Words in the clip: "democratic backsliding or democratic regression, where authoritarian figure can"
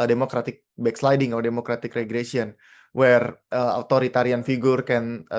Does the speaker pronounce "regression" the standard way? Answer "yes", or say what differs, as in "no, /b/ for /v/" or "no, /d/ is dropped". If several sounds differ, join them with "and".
no, /s/ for /ʃ/